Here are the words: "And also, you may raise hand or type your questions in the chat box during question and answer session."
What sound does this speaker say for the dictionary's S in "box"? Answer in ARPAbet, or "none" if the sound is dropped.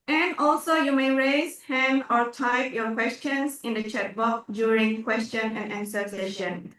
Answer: none